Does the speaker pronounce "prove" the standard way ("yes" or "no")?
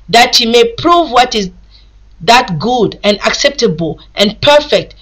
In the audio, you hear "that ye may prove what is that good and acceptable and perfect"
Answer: yes